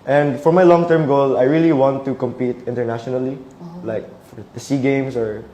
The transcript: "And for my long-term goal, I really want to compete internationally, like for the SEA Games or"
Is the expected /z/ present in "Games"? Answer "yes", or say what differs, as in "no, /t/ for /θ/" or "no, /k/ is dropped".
no, /s/ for /z/